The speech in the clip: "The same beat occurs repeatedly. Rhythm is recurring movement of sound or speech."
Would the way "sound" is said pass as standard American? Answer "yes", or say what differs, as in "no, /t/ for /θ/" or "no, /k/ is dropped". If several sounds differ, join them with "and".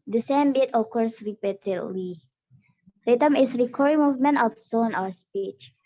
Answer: no, /d/ is dropped